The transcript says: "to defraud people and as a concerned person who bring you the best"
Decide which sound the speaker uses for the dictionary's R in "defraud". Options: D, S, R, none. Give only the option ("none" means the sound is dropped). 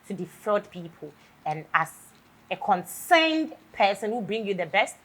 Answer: none